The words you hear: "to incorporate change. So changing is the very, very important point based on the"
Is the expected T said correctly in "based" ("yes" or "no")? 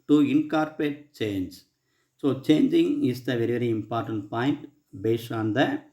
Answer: no